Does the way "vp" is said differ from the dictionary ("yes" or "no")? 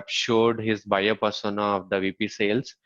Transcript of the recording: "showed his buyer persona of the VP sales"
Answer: no